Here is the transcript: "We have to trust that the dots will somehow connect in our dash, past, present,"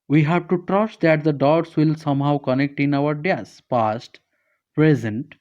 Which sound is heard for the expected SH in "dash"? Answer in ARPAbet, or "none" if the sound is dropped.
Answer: S